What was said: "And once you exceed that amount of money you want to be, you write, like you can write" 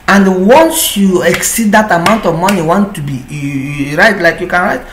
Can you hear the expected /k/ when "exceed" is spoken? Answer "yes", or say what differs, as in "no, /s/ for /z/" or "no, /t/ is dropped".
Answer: yes